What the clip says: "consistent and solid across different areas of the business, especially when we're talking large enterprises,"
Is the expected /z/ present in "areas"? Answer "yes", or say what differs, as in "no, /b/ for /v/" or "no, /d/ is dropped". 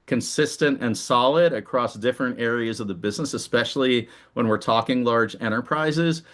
yes